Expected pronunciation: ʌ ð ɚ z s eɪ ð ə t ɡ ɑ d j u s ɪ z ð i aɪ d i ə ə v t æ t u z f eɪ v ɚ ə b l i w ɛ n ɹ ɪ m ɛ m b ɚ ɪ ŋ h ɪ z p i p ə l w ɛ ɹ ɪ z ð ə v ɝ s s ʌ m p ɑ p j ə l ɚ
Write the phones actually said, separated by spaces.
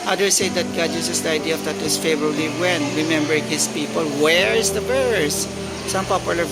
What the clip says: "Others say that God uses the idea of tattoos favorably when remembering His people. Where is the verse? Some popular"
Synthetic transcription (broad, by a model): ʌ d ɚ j s eɪ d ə t ɡ ɑ d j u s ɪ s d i aɪ d i ə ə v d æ t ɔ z f eɪ v ɚ ə b l i w ɛ n ɹ ɪ m ɛ m b ɚ ɪ ŋ h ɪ s p i p ə l w ɛ ɹ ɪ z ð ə b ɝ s s ʌ m p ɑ p j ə l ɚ